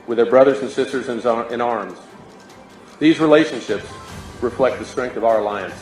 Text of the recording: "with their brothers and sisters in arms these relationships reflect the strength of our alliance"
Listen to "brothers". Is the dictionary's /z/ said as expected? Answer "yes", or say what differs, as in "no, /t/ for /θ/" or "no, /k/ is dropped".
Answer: yes